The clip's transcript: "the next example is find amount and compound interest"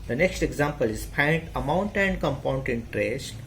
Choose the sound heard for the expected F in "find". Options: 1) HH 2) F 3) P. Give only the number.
3